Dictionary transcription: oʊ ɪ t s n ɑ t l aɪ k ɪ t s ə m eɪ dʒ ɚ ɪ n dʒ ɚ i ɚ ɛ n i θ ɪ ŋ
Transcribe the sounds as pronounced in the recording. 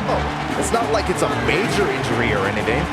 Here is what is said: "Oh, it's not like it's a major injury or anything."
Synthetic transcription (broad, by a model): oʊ ɪ t s n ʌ t l aɪ k ɪ t s ə m eɪ dʒ ɚ ɪ n dʒ ɚ i ɚ ɛ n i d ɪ